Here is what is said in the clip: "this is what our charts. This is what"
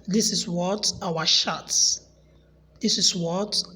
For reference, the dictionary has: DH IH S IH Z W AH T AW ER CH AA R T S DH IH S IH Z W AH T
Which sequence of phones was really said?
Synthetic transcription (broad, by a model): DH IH S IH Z W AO T AW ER SH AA T S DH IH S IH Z W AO T